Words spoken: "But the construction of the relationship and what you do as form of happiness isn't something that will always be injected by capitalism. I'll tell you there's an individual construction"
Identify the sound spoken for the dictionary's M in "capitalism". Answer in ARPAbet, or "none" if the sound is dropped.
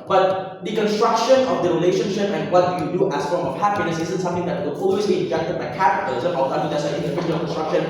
none